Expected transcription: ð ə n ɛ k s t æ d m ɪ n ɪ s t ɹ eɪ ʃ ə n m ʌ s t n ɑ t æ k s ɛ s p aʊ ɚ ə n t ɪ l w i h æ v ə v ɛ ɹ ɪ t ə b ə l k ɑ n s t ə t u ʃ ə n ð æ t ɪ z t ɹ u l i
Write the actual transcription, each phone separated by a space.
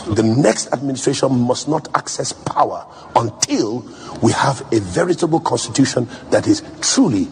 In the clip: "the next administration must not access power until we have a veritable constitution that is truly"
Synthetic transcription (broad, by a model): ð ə n ɛ k s t æ d m ɪ n ɪ s t ɹ eɪ ʃ ə n m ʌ s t n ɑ t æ k s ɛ s p aʊ ɚ ə n t ɪ l w i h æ v ə v ɛ ɹ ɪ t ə b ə l k ɑ n s t ə t u ʃ ə n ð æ t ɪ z t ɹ u l i